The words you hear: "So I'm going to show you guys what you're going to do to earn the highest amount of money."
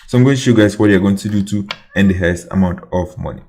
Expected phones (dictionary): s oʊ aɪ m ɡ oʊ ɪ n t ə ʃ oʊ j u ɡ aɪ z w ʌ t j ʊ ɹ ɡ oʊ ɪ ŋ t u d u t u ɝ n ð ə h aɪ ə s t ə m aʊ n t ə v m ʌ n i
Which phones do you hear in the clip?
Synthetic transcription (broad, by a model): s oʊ aɪ m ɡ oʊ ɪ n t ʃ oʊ j u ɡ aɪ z w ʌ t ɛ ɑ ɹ ɡ oʊ ɪ ŋ t u d u t u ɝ n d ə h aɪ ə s ə m aʊ n t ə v m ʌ n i